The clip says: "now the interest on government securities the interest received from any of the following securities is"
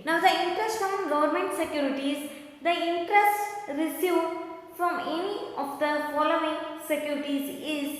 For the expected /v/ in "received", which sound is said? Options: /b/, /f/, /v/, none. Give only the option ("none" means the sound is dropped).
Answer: /f/